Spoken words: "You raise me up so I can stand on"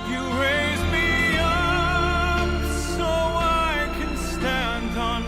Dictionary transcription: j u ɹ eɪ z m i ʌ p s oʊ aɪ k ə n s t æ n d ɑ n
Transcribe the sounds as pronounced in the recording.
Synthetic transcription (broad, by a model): j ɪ ɹ eɪ z m i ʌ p s oʊ aɪ k ə n s t æ n d n